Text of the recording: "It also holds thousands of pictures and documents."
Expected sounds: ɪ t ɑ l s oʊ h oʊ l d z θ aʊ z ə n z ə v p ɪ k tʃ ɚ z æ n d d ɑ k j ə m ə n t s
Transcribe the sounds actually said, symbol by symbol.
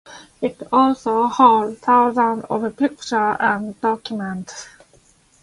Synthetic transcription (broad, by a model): ɪ t ɑ l s oʊ h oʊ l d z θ aʊ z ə n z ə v p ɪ k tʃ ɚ æ n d d ɑ k j ə m ə n t s